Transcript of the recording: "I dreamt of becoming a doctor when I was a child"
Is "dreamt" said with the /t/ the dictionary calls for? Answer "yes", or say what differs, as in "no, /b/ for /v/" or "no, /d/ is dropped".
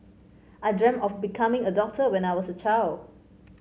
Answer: no, /t/ is dropped